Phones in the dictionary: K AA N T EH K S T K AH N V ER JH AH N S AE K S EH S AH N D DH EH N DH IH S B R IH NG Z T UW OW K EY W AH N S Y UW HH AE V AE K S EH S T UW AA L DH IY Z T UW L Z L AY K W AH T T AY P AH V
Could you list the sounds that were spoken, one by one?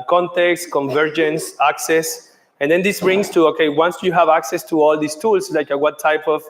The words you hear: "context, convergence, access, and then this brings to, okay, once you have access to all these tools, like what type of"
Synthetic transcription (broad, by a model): K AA N T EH K S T K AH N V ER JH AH N S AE K S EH S AH N D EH N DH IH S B R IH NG S T UW OW K EY W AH N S Y UW HH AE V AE K S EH S T UW AA L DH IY S T UW L S L AY K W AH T T AY P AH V